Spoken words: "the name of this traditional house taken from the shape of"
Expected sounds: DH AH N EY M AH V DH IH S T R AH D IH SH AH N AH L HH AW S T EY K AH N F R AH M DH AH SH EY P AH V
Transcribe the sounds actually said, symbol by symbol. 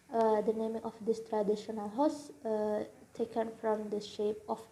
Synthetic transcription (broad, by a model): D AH N EY M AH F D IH S T R AH D IH SH AH N AH L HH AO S T EY K AH N F R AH M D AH SH EY P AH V